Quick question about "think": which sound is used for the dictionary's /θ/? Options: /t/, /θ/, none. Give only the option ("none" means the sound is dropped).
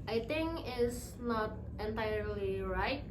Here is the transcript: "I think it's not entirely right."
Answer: /t/